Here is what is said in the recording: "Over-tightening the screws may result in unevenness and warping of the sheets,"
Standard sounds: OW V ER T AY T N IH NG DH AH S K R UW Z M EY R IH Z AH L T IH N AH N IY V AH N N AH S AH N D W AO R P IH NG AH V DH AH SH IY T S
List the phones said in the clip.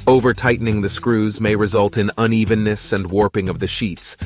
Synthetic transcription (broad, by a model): OW V ER T AY T N IH NG DH AH S K R UW Z M EY R IH Z AH L T IH N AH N IY V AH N N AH S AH N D W AO R P IH NG AH V DH AH SH IY T S